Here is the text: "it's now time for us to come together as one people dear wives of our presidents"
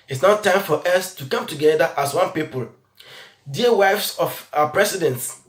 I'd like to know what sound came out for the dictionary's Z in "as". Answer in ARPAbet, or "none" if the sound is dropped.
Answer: S